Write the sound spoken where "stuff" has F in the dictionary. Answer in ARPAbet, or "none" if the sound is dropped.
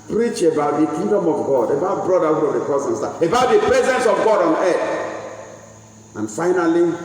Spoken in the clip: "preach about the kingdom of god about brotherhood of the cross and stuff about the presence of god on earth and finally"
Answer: none